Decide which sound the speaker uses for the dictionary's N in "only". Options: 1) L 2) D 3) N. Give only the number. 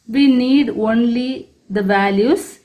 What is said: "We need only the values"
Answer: 3